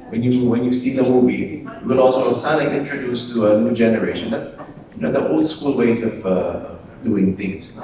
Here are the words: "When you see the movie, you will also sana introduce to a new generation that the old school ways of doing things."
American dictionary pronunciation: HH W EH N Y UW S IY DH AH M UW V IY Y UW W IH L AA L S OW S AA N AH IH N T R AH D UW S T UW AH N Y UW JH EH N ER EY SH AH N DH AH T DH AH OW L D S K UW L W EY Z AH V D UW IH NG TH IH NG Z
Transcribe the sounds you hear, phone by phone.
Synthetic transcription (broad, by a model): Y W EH N Y UW S IY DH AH M UW V IY Y UW W IH L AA L S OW S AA L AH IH N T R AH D UW S T UW AH N Y UW JH EH N ER EY SH AH N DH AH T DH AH OW L D S K UW L W EY Z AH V D UW IH NG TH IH NG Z